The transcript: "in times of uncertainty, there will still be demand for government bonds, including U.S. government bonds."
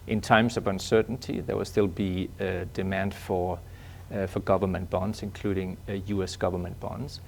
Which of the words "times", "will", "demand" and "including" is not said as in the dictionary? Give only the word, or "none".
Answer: none